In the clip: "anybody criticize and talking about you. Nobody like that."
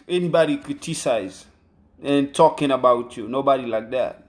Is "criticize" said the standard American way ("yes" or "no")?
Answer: no